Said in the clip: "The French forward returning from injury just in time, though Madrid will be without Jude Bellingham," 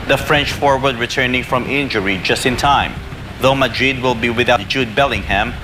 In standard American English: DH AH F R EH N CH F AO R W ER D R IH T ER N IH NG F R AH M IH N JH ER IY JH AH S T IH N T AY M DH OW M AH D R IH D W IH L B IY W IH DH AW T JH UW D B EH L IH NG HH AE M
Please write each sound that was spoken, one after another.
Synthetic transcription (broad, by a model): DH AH F R EH N CH F AO R W ER D R IH T ER N IH NG F R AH M IH N JH ER IY JH AH S T IH N T AY M DH OW M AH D R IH D W IH L B IY W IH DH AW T JH UW D B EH L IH NG HH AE M